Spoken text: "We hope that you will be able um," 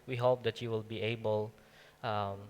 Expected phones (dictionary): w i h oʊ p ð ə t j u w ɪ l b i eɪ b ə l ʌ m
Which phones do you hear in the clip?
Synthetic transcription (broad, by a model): w i h oʊ p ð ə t j u w ɪ l b i eɪ b ə l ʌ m